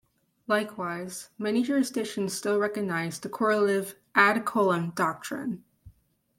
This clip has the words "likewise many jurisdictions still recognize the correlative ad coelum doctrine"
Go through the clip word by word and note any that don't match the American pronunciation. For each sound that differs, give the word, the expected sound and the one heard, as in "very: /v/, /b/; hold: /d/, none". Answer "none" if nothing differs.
jurisdictions: /k/, none